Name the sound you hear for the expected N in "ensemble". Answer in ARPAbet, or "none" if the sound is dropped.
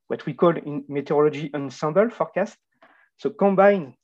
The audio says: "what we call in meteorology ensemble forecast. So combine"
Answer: N